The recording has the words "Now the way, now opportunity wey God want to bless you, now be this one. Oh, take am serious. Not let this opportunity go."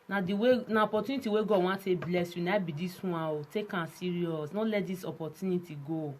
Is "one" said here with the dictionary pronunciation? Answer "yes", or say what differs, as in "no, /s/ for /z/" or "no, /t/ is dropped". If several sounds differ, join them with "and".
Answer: no, /n/ is dropped